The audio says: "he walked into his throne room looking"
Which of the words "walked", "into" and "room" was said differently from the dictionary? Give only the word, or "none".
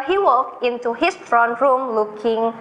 walked